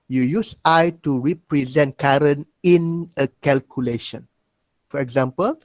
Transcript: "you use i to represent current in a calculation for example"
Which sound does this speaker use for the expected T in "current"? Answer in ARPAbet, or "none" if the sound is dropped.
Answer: none